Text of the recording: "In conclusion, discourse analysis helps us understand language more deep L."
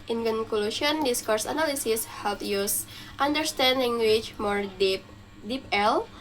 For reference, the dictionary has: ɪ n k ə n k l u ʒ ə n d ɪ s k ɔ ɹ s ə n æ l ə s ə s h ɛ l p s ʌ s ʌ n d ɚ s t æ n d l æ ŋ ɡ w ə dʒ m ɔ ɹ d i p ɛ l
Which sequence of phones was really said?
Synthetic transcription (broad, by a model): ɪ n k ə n k l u ʃ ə n d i s k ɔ ɹ s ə n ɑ l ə s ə s h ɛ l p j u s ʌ n d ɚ s t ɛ n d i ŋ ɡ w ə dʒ m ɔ ɹ d i p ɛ l